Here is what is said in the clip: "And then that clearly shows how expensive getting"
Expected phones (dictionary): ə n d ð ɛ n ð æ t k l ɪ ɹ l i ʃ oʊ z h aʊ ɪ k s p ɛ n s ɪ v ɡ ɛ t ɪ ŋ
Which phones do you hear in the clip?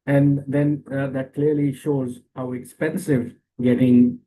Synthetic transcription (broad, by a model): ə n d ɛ n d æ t k l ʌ ɹ l i ʃ oʊ z h aʊ ɪ k s p ɛ n s ɪ v ɡ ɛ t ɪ ŋ